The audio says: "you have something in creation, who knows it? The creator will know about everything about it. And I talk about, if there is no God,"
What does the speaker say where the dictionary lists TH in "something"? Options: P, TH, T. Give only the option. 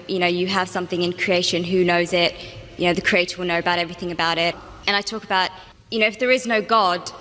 TH